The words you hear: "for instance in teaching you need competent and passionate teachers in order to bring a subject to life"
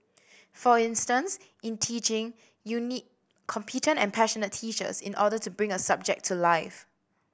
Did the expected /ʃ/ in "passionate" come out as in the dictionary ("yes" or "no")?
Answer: yes